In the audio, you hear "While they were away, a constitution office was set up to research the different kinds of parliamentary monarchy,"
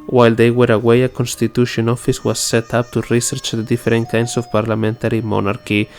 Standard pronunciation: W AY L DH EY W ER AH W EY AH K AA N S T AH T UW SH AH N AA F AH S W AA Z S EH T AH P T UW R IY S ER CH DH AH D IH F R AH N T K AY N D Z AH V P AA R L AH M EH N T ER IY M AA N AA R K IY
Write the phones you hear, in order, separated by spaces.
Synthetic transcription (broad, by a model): W AY L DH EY W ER AH W EY AH K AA N S T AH T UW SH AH N AA F AH S W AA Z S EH T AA P T UW R IY S ER CH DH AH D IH F R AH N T K AY N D S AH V P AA R L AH M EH N T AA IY M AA N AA R K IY